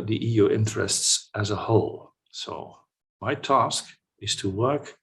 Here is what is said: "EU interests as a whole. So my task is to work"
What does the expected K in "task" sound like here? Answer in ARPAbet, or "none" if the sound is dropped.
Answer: K